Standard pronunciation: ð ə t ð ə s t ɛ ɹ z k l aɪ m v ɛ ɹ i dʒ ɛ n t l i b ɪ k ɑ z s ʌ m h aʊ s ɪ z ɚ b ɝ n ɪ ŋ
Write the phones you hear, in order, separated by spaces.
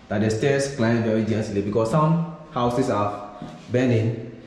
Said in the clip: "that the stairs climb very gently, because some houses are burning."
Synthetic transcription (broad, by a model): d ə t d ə s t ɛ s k l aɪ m v ɛ ɹ i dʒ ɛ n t l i b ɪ k ɑ s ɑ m h aʊ s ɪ s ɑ b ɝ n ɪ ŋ